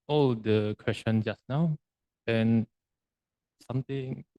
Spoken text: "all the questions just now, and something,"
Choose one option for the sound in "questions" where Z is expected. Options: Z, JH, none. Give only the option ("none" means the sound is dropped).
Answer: none